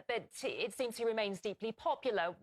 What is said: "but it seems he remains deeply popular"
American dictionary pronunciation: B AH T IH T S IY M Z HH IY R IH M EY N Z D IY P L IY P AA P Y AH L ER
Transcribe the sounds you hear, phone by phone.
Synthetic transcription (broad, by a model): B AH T IH T S IY M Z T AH R IH M EY N Z D IY P L IY P AA P Y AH L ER